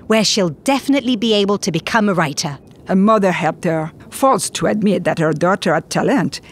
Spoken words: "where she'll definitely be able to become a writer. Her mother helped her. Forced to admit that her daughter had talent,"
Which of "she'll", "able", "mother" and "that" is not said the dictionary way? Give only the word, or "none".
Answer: none